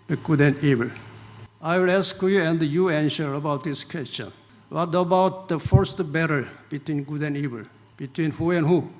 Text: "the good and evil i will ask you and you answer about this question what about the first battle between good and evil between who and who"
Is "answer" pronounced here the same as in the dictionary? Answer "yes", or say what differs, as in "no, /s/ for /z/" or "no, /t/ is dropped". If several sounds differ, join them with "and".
no, /ʃ/ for /s/